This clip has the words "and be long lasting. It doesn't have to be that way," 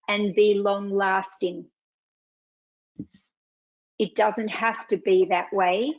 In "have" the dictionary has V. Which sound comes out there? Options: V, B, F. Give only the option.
F